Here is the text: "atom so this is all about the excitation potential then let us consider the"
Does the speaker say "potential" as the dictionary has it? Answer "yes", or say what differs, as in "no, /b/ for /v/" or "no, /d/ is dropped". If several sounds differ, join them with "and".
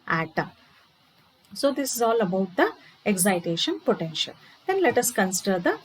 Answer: yes